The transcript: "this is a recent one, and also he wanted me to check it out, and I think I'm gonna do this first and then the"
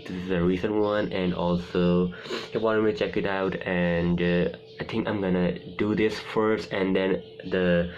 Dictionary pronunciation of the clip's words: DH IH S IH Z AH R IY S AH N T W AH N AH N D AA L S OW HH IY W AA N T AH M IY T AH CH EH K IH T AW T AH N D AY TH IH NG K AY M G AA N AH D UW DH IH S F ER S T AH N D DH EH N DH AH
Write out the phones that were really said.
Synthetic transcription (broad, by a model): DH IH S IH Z AH R IY S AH N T W AH N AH N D AA L S OW HH IY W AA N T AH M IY CH EH K IH T AW T AH N D AY T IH NG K AY M G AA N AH D UW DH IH S F ER S T AH N D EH N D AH